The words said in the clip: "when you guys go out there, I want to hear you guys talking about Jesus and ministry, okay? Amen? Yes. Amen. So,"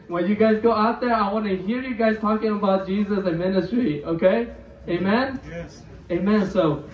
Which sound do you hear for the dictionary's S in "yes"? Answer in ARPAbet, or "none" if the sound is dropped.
none